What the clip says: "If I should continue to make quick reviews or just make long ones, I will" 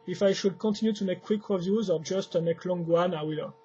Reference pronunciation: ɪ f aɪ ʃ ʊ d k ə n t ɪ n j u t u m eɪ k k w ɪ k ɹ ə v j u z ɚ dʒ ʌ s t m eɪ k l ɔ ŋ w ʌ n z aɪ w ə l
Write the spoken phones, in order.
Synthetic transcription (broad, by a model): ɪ f aɪ ʃ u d k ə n t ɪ n j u t u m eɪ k k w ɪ k ɹ ə v j u z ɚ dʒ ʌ s t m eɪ k l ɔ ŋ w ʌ n aɪ w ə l